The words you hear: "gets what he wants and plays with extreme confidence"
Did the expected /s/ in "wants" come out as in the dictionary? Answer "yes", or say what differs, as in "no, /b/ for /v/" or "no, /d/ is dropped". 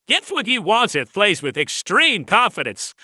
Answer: no, /s/ is dropped